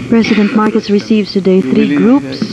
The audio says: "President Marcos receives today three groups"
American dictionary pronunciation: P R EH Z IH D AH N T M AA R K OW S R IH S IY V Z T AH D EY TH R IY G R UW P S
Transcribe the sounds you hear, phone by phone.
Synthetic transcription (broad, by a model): P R EH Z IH D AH N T M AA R K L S R IH S IY V Z T AH D EY TH R IY G R UW P S